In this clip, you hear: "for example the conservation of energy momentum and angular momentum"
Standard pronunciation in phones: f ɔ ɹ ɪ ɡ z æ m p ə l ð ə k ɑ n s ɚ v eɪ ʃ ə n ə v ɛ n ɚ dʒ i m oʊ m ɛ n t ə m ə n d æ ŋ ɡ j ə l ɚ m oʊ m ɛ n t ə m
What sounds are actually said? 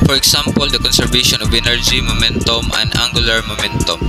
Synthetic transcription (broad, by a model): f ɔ ɹ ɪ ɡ s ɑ m p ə l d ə k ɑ n s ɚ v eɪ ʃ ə n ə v ɛ n ɚ dʒ i m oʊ m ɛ n t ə m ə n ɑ ŋ ɡ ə l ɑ m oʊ m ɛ n t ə m